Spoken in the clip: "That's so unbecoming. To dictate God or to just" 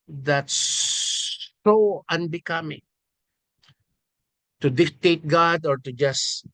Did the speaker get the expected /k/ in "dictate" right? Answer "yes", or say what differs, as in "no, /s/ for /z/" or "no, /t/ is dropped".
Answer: yes